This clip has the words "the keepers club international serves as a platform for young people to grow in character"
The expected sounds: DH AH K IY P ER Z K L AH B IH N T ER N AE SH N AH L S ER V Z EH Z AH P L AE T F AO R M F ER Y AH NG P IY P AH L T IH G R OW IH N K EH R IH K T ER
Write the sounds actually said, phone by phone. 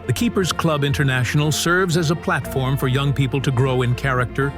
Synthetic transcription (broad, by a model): DH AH K IY P ER Z K L AH B IH N T ER N AE SH N L S ER V Z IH Z AH P L AE T F AO R M F ER Y AH NG P IY P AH L T IH G R OW IH N K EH R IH K T ER